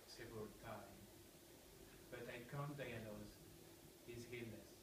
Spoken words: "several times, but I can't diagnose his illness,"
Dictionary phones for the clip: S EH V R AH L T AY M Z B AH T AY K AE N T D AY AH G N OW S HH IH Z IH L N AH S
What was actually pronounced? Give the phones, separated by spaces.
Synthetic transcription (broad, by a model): S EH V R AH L T AY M B AH T AY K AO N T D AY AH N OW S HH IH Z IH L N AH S